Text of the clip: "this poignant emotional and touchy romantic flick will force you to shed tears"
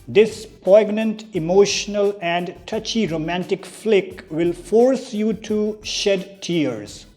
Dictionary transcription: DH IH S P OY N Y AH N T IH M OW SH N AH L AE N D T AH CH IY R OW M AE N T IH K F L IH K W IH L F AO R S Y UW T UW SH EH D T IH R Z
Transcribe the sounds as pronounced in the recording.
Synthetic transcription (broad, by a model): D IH S P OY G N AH N T IH M OW SH N AH L AE N D T AH CH IY R OW M AE N T IH K F L IH K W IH L F AO R S Y UW T UW SH EH D T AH R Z